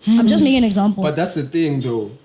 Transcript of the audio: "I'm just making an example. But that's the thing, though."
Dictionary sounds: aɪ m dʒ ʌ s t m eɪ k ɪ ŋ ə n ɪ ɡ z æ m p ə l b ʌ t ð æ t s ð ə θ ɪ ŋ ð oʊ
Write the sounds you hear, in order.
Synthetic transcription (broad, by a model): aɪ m dʒ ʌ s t m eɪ ɪ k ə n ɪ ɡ z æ m p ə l b ʌ t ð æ t s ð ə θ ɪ ŋ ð oʊ